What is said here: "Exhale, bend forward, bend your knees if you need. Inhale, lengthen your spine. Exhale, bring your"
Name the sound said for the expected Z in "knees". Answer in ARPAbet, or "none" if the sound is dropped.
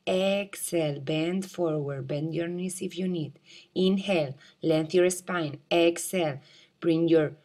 S